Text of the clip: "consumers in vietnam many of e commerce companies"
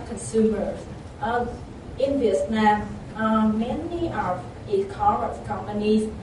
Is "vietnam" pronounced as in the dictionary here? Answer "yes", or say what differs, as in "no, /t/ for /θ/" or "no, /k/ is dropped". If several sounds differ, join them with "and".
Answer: no, /s/ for /t/